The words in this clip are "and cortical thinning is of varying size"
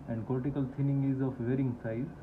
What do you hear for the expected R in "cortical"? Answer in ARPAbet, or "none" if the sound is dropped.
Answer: L